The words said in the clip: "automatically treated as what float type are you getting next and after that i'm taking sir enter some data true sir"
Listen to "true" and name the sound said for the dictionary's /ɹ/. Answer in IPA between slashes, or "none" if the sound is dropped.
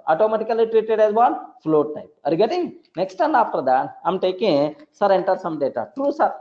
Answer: /ɹ/